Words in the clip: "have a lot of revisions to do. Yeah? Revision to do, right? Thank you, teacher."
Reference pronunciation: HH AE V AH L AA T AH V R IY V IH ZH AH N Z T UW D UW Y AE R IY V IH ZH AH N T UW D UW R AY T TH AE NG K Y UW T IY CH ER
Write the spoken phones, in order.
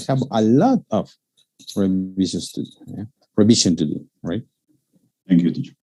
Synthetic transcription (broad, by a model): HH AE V AH L AA T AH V R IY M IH SH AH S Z T UW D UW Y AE R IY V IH SH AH N T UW D UW R AY T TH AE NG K Y UW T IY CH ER